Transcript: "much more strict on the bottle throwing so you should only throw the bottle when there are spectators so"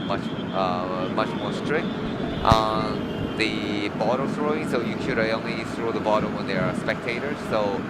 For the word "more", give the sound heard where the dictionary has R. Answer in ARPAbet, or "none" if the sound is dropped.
R